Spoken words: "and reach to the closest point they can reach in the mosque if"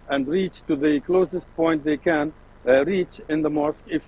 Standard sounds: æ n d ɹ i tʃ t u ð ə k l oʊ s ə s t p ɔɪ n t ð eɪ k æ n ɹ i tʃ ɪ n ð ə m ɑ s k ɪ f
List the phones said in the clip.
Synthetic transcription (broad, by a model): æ n d ɹ i tʃ t u ð ə k l oʊ s ə s t p ɔɪ n t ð eɪ k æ n ɹ i tʃ ɪ n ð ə m ɑ s k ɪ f